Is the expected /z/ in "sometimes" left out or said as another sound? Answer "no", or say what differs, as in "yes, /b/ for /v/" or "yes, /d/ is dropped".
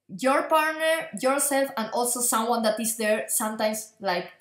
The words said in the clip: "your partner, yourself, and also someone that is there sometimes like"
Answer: yes, /s/ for /z/